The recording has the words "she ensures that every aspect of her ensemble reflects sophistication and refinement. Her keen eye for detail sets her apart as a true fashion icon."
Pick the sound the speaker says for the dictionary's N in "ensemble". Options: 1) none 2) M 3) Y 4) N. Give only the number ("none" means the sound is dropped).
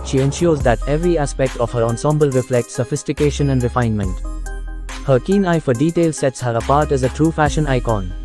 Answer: 4